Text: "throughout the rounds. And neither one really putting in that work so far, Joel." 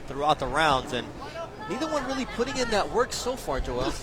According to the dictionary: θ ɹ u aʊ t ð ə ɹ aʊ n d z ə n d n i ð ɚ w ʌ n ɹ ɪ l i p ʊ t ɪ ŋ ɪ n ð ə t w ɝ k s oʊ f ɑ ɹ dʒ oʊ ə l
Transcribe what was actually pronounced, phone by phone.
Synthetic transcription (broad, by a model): θ ɹ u aʊ t ð ə ɹ aʊ n d z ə n n i ð ɚ w ʌ n ɹ ɪ l i p ʊ t ɪ ŋ ɪ n ð ə t w ɝ k s oʊ f ɑ ɹ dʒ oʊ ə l